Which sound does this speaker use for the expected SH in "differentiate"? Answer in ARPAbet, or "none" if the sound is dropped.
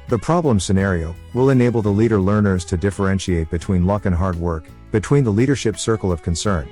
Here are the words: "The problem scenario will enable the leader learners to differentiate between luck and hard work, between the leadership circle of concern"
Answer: SH